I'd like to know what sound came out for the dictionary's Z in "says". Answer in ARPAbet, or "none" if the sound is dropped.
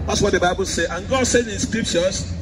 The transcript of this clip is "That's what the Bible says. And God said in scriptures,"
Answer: none